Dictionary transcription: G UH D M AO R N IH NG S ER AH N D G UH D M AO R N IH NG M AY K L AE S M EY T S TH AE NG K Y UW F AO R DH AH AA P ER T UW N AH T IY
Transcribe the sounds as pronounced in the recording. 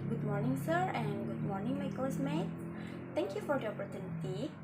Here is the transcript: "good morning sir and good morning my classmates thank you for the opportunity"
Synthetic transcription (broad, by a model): G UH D M AO R N IH NG S ER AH N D G UH D M AO R N IH NG M AY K AO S M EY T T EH NG K Y UW F AO R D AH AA P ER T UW N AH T IY